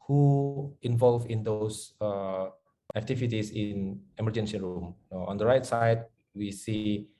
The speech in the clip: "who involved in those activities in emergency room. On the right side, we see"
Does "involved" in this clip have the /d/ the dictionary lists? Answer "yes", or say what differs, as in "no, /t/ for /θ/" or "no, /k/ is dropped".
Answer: no, /d/ is dropped